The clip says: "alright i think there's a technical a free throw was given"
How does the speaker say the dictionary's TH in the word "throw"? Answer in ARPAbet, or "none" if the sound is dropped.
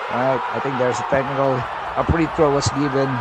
T